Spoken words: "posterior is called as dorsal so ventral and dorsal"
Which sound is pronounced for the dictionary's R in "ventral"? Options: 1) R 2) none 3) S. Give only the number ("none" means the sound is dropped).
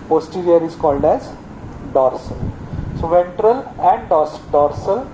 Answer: 1